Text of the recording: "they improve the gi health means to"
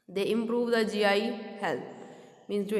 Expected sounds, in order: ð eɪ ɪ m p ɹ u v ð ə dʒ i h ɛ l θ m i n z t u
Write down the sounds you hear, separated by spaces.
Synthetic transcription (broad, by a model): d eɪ ɪ m p ɹ u v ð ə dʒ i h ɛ l t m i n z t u